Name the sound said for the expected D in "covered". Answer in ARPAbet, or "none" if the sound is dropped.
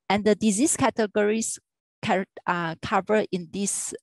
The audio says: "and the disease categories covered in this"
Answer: none